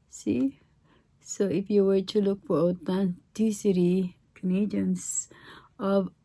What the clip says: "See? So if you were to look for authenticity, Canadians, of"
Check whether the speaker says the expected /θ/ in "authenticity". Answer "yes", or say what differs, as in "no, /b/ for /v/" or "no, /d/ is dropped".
no, /t/ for /θ/